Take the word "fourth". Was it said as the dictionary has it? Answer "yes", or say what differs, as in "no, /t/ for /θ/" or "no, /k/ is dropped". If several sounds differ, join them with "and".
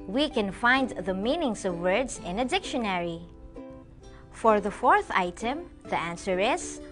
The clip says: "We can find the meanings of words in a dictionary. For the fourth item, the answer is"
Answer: yes